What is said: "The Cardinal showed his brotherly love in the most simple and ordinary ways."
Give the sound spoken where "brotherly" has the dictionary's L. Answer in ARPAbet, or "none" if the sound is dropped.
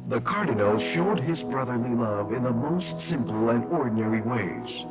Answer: L